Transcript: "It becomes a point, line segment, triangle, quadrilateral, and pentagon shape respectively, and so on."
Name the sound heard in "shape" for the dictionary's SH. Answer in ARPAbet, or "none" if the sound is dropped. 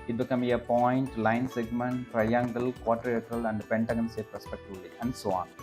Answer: S